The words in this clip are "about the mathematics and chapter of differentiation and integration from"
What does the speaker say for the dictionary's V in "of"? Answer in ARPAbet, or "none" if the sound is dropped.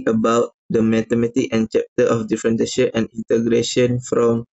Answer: F